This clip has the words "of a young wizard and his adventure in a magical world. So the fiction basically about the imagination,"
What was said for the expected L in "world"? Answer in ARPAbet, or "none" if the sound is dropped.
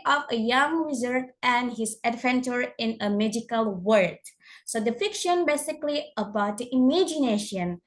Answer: none